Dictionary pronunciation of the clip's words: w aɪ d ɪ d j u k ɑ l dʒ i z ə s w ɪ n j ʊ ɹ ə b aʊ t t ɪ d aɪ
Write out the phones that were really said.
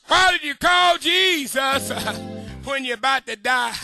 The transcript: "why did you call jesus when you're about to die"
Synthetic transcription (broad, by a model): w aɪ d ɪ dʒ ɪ k ɑ l dʒ i z ə s w ɪ n j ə b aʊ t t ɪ d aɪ